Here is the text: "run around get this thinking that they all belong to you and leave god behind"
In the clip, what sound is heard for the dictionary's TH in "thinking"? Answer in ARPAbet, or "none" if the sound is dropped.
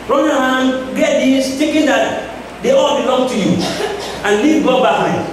T